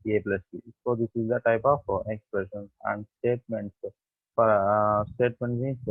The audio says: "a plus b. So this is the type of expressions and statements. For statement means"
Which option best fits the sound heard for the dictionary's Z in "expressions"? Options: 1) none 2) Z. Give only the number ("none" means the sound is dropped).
1